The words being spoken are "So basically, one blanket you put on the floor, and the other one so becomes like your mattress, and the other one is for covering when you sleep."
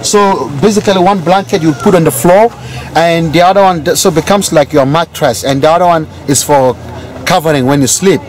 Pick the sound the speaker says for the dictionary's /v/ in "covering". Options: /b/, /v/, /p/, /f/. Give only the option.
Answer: /v/